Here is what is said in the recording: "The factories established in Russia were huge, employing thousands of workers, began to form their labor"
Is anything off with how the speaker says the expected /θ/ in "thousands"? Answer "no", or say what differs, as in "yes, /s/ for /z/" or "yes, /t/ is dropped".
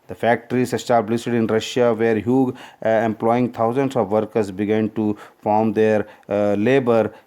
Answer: yes, /t/ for /θ/